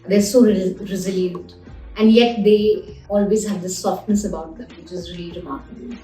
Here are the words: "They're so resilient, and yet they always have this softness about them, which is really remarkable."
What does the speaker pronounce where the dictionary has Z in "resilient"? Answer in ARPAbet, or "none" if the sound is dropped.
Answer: Z